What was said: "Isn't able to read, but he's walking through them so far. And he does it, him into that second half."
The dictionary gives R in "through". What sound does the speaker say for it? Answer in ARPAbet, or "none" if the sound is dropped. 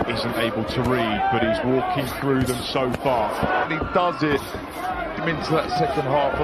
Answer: R